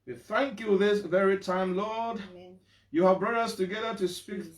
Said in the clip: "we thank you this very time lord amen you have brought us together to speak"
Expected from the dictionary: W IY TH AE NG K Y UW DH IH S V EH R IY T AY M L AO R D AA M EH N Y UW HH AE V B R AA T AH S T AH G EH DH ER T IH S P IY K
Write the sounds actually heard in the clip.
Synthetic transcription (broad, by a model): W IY TH AE NG K Y UW DH IH S V EH R IY T AY M L AO R D Y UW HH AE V B R AA T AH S T AH G EH DH ER T IH S P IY K